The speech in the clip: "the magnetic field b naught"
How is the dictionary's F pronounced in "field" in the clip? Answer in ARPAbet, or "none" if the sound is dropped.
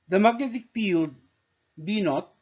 P